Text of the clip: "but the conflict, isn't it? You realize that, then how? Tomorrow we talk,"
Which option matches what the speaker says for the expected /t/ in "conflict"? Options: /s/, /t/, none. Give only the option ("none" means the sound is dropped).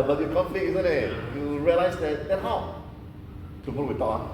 none